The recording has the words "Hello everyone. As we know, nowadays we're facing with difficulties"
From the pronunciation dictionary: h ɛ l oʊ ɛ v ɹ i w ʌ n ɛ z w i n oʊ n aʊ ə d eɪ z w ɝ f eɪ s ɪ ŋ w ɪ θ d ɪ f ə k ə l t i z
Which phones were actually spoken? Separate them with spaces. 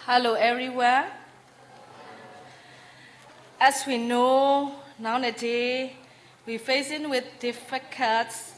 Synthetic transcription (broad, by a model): h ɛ l oʊ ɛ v ɹ i w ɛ ɛ s w i n oʊ n aʊ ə d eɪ w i f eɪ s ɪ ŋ w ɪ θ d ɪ f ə k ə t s